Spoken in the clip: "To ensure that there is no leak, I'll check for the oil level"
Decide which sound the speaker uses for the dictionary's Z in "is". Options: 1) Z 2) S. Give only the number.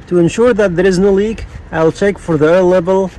1